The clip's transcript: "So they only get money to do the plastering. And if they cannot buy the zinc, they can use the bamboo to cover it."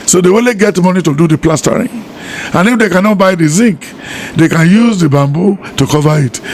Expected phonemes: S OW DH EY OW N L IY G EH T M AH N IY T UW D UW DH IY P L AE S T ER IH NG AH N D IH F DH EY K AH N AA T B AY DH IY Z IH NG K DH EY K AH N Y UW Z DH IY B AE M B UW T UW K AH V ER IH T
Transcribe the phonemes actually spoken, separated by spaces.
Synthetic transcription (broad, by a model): S OW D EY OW L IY G EH T M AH N IY T UW D UW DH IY P L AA S T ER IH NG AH N IH F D EY K AH N AA T B AY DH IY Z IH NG K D EY K AH N Y UW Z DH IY B AE M B UW T UW K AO V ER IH T